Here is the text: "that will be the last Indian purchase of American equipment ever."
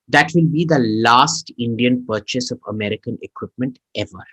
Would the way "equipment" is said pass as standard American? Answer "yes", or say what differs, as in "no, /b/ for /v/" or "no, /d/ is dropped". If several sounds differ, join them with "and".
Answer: yes